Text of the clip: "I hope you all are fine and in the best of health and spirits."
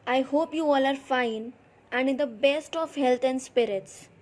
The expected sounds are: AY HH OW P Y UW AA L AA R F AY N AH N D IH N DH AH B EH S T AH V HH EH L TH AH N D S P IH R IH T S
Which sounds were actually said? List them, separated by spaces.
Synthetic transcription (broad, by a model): AY HH OW P Y UW AA L AA R F AY N AH N D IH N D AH B EH S T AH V HH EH L T AH N D S P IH R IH T S